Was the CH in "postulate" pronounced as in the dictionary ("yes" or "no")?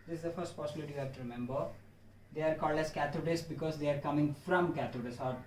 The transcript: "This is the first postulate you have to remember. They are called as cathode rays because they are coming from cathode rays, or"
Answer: no